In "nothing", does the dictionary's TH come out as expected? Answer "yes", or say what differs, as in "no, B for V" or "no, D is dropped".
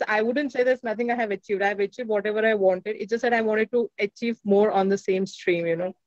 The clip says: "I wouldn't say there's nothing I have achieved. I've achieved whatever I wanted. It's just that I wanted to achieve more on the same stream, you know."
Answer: no, T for TH